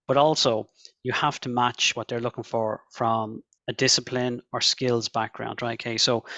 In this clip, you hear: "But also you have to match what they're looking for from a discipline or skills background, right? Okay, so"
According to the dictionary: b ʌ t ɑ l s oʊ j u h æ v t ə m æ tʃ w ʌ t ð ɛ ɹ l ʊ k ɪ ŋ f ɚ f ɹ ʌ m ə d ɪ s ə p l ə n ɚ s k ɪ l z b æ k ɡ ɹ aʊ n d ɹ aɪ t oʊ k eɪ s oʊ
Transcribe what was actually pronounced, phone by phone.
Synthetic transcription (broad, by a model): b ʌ t ɑ l s oʊ j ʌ h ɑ f t ə m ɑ tʃ w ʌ t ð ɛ ɹ l ʊ k ɪ ŋ f ɚ f ɹ ʌ m ə d ɪ s ə p l ə n ɚ s k ɪ l z b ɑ k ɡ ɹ aʊ n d ɹ aɪ t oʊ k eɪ s oʊ